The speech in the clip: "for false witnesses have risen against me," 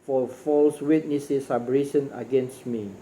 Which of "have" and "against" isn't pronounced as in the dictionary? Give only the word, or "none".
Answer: have